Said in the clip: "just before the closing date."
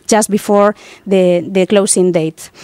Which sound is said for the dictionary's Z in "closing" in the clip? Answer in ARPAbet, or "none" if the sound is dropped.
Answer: S